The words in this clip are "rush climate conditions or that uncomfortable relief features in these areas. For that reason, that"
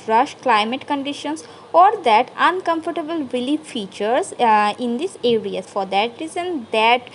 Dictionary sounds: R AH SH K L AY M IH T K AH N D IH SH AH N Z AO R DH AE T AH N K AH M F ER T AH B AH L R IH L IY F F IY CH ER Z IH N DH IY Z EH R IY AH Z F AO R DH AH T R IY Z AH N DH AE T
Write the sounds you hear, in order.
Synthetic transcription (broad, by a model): R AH SH K L AY M IH T K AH N D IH SH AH N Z AO R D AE T AH N K AH M F ER T AH B AH L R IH L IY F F IY CH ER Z IH N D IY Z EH R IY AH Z F AO R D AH T R IY Z AH N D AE T